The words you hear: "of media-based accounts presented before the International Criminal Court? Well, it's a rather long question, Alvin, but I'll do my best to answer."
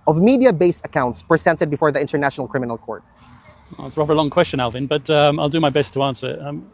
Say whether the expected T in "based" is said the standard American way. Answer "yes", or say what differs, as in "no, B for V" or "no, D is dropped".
no, T is dropped